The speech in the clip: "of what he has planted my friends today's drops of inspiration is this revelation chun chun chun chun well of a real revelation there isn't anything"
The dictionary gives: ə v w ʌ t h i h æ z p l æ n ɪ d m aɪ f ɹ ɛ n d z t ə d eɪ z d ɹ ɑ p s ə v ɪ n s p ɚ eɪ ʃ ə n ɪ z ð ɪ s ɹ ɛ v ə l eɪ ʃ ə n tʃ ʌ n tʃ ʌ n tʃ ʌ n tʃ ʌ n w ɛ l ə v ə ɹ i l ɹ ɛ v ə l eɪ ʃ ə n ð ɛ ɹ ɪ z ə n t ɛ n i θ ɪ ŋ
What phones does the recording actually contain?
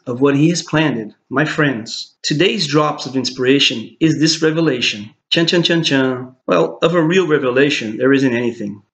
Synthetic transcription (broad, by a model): ə v w ʌ t h i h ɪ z p l æ n ɪ d m aɪ f ɹ ɛ n d z t ə d eɪ z d ɹ ɑ p s ə v ɪ n s p ɚ eɪ ʃ ə n ɪ z ð ɪ s ɹ ɛ v ə l eɪ ʃ ə n tʃ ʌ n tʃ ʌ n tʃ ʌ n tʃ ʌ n w ɛ l ə v ə ɹ i l ɹ ɛ v ə l eɪ ʃ ə n ð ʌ ɹ ɪ z ə n t ɛ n i θ ɪ ŋ